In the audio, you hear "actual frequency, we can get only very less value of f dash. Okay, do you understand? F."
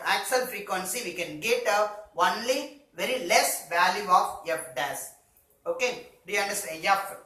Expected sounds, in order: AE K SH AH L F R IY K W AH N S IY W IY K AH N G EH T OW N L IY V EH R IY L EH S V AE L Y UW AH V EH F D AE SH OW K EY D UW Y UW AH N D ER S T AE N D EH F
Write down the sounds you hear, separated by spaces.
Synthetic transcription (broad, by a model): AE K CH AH L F R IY K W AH N S IY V IY K AH N G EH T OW N L IY V EH R IY L EH S V AE L Y UW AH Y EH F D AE S OW K EY D UW Y UW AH N D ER S T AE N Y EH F